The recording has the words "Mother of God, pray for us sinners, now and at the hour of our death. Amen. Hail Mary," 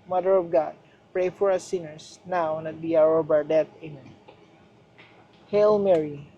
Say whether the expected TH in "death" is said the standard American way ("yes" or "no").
no